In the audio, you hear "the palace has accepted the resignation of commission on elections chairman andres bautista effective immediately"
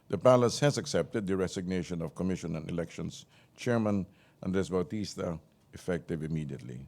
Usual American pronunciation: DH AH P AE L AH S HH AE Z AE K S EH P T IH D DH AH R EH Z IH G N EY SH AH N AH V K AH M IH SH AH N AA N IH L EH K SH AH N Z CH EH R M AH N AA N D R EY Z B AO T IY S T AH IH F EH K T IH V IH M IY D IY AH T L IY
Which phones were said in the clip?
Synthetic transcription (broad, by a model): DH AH P AE L AH S HH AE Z AE K S EH P T IH D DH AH R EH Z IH G N EY SH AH N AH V K AH M IH SH AH N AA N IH L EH K SH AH N S CH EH R M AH N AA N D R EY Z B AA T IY S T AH IH F EH K T IH V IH M IY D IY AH T L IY